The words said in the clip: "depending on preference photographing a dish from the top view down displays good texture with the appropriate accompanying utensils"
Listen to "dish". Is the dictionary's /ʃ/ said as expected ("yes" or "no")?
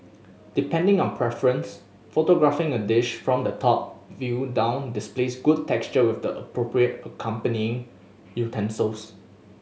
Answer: yes